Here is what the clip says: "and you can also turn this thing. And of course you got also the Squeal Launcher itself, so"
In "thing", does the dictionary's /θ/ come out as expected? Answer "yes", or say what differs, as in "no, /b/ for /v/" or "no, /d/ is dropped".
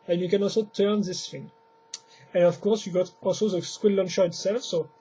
no, /f/ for /θ/